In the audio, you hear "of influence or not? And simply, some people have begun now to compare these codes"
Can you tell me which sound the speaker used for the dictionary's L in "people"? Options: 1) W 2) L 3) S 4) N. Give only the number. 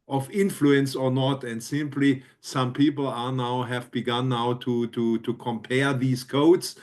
4